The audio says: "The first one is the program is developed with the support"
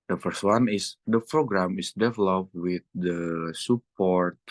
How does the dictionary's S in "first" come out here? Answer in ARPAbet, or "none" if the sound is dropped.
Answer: S